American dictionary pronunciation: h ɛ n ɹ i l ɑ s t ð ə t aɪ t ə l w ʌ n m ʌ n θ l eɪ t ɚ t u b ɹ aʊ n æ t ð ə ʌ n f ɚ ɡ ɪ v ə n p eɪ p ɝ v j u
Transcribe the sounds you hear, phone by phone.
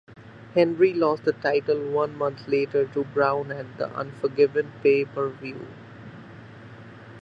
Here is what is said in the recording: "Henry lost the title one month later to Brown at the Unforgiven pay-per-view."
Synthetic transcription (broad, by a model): h ɛ n ɹ i l ɑ s t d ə t aɪ t ə l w ʌ n m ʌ n t l eɪ t ɚ t u b ɹ aʊ n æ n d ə ʌ n f ɚ ɡ ɪ v ə n p eɪ p ɝ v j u